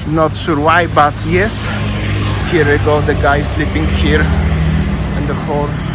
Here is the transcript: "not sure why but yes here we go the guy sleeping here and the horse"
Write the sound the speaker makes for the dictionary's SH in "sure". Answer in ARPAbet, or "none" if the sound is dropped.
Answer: S